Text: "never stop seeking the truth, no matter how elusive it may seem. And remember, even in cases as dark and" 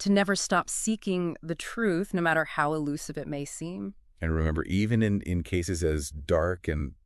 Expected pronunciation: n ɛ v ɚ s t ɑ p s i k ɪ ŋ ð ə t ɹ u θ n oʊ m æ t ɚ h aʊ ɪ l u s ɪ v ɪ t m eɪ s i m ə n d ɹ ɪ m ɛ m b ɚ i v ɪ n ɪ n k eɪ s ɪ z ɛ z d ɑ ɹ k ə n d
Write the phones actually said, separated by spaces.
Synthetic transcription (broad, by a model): n ɛ v ɚ s t ɑ p s i k ɪ ŋ ð ə t ɹ u θ n oʊ m æ t ɚ h aʊ ɪ l u s ɪ v ɪ t m eɪ s i m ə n ɹ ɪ m ɛ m b ɚ i v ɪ n ɪ n k eɪ s ɪ z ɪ z d ɑ ɹ k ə n